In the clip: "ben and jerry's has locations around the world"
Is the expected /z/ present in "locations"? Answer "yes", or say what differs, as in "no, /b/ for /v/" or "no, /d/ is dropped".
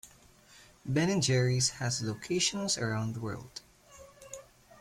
no, /s/ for /z/